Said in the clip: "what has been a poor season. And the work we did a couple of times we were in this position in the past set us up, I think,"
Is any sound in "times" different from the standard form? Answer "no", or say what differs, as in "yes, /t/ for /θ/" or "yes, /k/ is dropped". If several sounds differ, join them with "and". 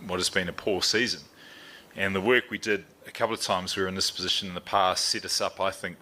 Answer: no